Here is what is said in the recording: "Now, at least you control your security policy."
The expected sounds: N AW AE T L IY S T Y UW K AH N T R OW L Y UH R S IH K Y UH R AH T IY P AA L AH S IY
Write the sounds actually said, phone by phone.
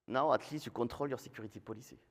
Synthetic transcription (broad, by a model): N AW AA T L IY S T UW K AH T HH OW L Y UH R S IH K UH R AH T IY P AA L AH S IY